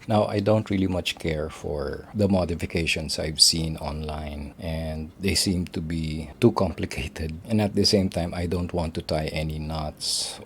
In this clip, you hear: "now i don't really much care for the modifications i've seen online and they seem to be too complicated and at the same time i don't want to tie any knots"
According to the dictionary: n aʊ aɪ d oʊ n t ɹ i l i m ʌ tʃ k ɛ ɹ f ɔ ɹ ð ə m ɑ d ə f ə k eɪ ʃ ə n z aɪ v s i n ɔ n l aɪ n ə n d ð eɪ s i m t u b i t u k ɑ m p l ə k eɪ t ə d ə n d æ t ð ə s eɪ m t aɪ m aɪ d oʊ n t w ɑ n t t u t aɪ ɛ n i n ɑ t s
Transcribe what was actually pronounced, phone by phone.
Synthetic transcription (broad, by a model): n aʊ aɪ d oʊ n t ɹ i l i m ʌ tʃ k ɛ ɹ f ɔ ɹ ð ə m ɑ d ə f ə k eɪ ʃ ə n s aɪ v s i n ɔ n l aɪ n ə n d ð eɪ s i m t u b i t u k ɑ m p l ə k eɪ t ə d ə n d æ t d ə s eɪ m t aɪ m aɪ d oʊ n t w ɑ n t t u t aɪ ɛ n i n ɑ t s